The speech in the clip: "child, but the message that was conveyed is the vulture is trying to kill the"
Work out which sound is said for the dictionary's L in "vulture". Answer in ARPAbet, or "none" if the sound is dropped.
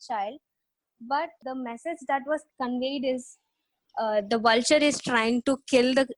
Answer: L